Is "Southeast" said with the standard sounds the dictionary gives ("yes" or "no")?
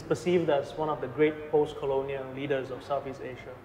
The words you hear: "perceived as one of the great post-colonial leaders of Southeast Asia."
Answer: no